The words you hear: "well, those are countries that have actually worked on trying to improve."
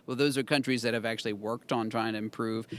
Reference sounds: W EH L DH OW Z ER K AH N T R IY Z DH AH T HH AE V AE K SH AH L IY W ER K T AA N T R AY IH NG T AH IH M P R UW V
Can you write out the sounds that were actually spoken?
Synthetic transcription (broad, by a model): W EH L DH OW Z ER K AH N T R IY Z DH AH T HH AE V AE K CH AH L IY W ER K T N T R AY IH NG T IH M P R UW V